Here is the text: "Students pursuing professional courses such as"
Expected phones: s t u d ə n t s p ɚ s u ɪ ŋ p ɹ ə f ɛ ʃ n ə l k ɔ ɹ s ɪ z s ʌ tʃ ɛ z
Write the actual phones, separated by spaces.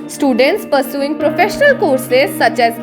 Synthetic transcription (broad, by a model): s t u d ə n t s p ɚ s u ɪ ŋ p ɹ ə f ɛ ʃ n ə l k ɔ ɹ s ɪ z s ʌ tʃ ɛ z